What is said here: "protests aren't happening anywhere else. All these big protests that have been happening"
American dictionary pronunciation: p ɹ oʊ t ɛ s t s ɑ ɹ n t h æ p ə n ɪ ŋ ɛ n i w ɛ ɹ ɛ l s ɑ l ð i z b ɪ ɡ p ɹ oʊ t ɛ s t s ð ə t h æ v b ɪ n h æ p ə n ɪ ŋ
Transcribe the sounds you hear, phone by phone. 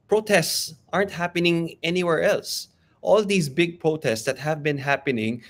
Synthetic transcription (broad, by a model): p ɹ oʊ t ɛ s t s ɑ ɹ n t h æ p ə n ɪ ŋ ɛ n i w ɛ ɹ ɛ l s ɑ l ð i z b ɪ ɡ p ɹ oʊ t ɛ s t s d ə t h æ v b ɪ n h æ p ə n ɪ ŋ